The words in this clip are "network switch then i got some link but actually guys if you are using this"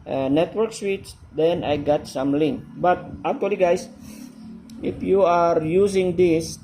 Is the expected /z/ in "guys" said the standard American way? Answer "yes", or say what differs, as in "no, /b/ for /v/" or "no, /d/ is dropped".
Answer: no, /s/ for /z/